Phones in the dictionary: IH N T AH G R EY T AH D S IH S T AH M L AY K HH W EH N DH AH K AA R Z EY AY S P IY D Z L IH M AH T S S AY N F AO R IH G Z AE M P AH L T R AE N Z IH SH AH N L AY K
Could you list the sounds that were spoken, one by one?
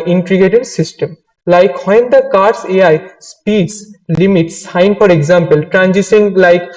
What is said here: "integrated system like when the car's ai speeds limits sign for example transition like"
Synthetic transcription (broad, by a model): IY N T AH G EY T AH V S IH S T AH M L AY K HH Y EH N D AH K AA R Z EY AY S P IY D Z L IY M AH T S S AY N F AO R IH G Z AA M P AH L T R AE N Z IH S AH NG L AY K